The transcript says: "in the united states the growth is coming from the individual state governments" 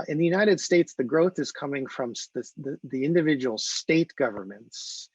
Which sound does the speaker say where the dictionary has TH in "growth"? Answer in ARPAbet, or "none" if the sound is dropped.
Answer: TH